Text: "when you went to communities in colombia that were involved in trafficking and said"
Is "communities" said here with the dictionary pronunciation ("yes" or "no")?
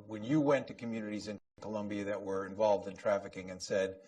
yes